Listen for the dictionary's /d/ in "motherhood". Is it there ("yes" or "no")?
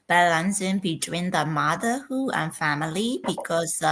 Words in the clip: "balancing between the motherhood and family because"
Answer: no